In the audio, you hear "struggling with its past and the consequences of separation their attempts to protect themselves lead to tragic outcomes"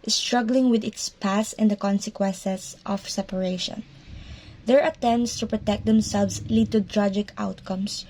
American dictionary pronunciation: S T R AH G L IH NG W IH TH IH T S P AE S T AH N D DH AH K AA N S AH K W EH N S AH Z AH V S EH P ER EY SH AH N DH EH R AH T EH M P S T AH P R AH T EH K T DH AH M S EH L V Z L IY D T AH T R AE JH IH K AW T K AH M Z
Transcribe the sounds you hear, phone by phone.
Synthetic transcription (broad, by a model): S T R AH G L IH NG W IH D IH T S P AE S AH N D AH K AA N S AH K W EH N S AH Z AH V S EH P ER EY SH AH N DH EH R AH T EH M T S T AH P R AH T EH K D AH M S EH L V S L IY D T AH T R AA JH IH K AW T K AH M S